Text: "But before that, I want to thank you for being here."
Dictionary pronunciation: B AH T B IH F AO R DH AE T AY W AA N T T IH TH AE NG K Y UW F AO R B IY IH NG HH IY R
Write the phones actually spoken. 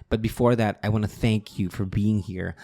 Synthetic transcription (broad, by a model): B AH T B IH F AO R DH AE T AY W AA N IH TH AE NG K Y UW F AO R B IY IH NG HH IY R